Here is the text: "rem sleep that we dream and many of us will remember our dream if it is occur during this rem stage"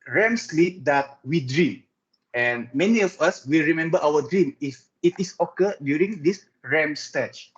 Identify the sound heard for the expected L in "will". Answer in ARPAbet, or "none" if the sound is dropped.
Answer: L